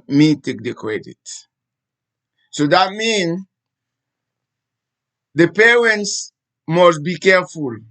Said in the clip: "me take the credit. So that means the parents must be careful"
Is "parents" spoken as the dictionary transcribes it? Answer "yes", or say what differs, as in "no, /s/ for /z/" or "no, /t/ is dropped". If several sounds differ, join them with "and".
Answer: yes